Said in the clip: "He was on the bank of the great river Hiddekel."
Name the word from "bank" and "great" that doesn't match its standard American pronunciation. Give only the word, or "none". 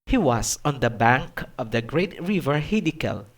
none